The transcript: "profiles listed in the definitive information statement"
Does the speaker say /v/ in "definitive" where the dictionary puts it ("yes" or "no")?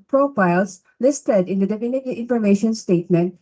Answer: no